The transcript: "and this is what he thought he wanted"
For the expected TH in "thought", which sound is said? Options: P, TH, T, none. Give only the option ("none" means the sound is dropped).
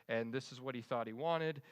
TH